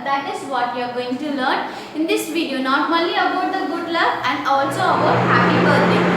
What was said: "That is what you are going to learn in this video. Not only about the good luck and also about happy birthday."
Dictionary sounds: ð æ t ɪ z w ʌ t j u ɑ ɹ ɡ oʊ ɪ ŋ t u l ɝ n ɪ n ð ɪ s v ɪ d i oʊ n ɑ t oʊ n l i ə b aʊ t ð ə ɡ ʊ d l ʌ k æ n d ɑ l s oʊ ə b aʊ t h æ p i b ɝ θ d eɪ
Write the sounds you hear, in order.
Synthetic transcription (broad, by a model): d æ t ɪ z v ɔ t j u ɑ ɹ ɡ oʊ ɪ ŋ t u l ɝ n ɪ n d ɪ s v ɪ d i oʊ n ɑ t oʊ l i ə b aʊ t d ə ɡ ʊ d l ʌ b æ n d ɑ l s oʊ ə b aʊ t h æ p i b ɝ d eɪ